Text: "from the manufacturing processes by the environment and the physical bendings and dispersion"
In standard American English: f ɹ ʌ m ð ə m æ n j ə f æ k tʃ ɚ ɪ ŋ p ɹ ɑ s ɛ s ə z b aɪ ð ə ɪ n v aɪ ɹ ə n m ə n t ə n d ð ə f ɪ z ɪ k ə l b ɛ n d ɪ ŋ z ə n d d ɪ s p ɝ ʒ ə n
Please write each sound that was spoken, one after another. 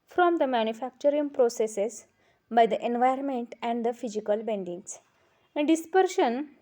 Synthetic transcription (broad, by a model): f ɹ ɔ m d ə m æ n j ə f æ k tʃ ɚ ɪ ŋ p ɹ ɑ s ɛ s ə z b aɪ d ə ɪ n v aɪ ə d m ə n t ə n d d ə f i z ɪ k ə l b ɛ n d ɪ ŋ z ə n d d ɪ s p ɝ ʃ ə n